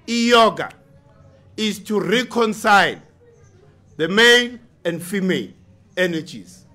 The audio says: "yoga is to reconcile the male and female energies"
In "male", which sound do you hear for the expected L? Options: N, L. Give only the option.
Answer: N